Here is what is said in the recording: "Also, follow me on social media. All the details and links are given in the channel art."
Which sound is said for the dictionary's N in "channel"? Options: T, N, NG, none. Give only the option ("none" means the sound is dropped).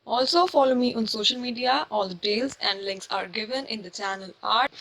N